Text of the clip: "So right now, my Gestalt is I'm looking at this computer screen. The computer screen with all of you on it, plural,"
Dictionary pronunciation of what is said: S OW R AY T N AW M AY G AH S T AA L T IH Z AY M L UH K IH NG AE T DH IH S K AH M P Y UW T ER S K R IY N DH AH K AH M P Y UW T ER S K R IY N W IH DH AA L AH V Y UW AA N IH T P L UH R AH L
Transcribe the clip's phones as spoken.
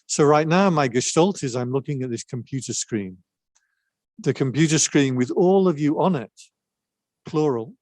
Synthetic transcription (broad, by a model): S OW R AY T N AW M AY G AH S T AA L T IH Z AY M L UH K IH NG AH T DH IH S K AH M P Y UW T ER S K R IY N DH AH K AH M P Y UW T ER S K R IY N W IH DH AA L AH V Y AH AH N IH T P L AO R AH L